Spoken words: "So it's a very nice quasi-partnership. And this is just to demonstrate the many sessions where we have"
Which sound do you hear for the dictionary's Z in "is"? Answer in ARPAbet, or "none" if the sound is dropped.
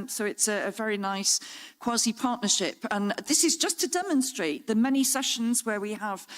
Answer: Z